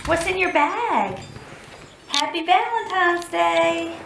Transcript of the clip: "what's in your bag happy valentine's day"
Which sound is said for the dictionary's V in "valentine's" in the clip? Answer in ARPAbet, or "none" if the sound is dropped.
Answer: B